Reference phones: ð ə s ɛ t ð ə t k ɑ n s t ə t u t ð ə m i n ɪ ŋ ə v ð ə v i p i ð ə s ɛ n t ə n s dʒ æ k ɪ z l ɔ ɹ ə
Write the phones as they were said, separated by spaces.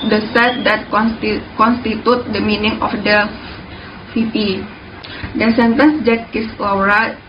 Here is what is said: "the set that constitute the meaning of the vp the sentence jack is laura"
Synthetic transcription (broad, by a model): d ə s ɛ t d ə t k ɑ n s t ə t u t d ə m i n ɪ ŋ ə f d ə f i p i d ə s ɛ n t ə n s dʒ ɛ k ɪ s l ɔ ɹ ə